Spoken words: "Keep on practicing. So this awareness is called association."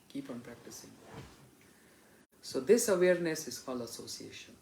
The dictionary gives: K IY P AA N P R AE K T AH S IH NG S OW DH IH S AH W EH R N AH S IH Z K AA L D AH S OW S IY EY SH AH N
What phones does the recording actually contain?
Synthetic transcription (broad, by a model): K IY P AA N P R AE K T AH S IH NG S OW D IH S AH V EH R N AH S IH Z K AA L AH S OW S IY EY SH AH N